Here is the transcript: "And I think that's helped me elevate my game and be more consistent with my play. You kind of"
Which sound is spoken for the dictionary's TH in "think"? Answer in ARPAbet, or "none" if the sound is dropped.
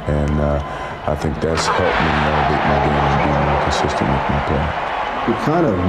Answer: TH